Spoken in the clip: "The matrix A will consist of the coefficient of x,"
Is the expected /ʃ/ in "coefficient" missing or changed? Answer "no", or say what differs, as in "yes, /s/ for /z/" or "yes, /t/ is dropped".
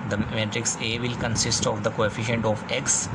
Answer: no